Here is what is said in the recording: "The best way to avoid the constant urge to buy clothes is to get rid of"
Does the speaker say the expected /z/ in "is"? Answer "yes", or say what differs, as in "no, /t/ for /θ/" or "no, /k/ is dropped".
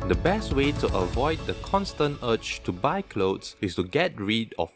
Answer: no, /s/ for /z/